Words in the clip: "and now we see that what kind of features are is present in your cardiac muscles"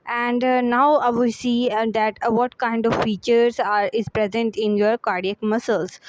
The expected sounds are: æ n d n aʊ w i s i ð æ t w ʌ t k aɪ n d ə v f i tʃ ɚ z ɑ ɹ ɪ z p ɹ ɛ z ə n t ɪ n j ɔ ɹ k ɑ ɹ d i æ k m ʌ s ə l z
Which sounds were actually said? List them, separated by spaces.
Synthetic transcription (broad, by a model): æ n d n aʊ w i s i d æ t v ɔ t k aɪ n d ə v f i tʃ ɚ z ɑ ɹ ɪ z p ɹ ɛ z ə n t ɪ n j ɔ ɹ k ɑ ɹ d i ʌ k m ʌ s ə l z